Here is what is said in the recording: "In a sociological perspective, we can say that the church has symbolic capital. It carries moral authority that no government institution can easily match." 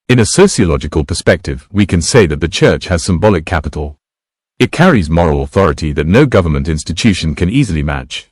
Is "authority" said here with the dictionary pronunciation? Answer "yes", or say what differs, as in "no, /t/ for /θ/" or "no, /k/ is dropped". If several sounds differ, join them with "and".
yes